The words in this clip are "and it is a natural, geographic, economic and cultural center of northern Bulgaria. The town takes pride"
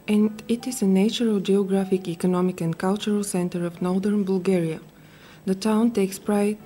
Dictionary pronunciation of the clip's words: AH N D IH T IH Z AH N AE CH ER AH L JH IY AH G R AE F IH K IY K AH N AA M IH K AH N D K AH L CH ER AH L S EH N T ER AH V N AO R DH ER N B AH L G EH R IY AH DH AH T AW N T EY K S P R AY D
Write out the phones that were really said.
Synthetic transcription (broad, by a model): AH N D IH T IH Z AH N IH CH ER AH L JH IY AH G R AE F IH K IY K AH N AA M IH K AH N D K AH L CH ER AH L S EH N T ER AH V N AO R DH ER N B AH L G EH R IY AH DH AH T AW N T EY K S P R AY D